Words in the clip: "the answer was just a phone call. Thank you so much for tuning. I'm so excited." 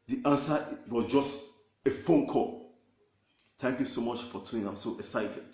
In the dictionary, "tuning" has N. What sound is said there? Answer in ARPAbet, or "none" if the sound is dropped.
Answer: none